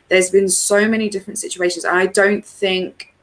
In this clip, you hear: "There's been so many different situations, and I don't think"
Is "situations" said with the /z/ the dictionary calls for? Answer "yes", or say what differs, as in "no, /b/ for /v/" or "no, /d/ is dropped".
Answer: yes